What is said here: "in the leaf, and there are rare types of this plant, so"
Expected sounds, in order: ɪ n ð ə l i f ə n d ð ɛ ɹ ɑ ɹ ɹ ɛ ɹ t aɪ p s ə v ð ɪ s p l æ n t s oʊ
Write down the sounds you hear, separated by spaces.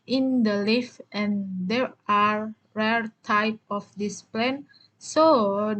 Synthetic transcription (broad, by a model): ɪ n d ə l i f ə n d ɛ ɹ ɑ ɹ ɹ ɛ ɹ t aɪ p ə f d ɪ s p l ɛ n s oʊ